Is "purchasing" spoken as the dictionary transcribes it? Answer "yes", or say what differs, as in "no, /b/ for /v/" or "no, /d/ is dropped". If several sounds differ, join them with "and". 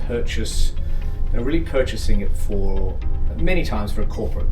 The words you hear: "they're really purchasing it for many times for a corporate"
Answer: yes